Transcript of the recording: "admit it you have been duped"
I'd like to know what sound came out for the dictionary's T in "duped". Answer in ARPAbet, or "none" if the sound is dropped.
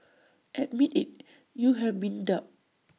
none